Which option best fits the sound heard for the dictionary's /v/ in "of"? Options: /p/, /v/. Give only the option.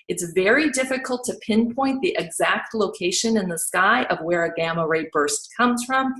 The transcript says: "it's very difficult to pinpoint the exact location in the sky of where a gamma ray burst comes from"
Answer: /v/